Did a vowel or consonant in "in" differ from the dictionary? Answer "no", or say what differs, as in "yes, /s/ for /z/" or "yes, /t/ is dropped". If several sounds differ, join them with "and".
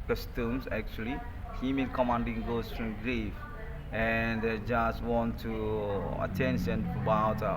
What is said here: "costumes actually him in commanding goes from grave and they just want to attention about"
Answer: yes, /l/ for /n/